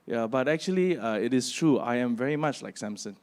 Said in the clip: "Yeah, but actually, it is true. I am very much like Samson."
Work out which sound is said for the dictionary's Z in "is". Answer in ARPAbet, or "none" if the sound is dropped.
S